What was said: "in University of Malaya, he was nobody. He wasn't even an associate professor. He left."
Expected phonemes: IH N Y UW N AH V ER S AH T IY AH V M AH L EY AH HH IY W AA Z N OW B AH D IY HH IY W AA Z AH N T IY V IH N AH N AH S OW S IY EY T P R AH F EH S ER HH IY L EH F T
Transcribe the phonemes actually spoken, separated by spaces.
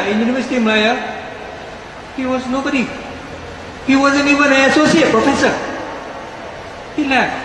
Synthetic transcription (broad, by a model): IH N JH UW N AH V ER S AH T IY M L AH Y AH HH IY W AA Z N OW B AH D IY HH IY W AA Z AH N IY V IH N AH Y AH S OW S IY EY T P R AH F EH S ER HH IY L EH